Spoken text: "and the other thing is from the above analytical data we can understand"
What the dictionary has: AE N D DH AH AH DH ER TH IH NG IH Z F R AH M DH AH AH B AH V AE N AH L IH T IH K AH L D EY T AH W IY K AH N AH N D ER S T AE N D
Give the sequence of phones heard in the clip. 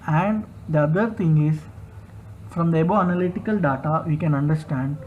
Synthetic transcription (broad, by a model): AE N D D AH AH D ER T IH NG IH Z F R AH M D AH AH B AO AE N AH L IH T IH K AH L D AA T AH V IY K AH N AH N D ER S T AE N D